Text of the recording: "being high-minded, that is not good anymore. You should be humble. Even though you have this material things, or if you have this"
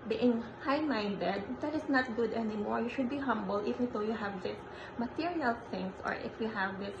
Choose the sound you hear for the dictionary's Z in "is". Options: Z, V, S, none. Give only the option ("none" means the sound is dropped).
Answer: S